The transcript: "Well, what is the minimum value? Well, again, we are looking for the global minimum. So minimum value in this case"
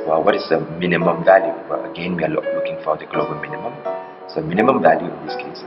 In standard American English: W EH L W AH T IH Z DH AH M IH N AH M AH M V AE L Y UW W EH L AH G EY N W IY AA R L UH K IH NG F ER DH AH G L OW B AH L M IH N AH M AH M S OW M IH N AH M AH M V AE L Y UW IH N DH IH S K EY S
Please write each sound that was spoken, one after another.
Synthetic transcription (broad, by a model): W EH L W AH T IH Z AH M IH N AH M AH M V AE L Y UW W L AH G EY N W IY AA L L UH K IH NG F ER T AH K L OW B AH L M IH N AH M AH M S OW M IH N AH M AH M V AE L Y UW IH N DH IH S K EY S